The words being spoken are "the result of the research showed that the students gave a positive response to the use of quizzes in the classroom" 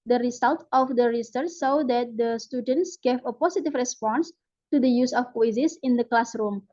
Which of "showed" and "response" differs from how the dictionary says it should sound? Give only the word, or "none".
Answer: showed